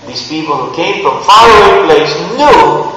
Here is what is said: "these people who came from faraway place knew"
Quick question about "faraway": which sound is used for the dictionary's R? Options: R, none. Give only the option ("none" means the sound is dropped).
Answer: none